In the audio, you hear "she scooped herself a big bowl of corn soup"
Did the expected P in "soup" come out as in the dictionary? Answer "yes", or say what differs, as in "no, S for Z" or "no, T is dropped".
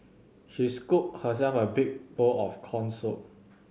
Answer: no, P is dropped